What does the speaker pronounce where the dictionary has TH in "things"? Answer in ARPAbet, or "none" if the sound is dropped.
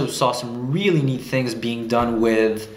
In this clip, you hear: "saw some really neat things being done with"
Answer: TH